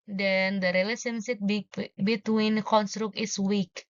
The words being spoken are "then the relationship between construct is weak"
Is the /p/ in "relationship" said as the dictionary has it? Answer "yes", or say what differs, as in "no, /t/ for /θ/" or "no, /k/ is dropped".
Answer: no, /b/ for /p/